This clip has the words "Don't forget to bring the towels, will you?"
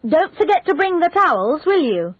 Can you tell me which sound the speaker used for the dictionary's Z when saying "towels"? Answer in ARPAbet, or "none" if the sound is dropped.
Z